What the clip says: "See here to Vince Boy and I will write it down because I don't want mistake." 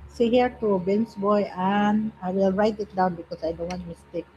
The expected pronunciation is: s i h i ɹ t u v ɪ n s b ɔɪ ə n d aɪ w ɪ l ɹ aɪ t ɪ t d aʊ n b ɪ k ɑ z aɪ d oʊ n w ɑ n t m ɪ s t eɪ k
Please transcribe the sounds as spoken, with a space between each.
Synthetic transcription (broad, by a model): s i h i ɹ t u b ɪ n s b ɔɪ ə n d aɪ w ɪ l ɹ aɪ t ɪ t d aʊ n b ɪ k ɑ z aɪ d oʊ n w ɑ n t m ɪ s t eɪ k